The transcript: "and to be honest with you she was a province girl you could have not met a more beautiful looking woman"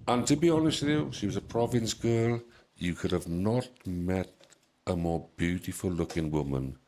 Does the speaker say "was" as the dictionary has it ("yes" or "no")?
yes